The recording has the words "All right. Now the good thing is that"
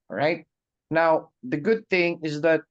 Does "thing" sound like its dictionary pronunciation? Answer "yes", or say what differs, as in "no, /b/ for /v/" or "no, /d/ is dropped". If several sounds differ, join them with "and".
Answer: yes